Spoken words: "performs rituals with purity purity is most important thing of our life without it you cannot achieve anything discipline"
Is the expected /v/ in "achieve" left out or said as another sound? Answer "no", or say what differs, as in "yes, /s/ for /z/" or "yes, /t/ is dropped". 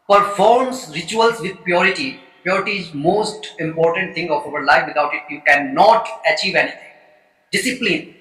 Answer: no